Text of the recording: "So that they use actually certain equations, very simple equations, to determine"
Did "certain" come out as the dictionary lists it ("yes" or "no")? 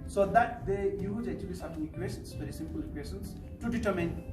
no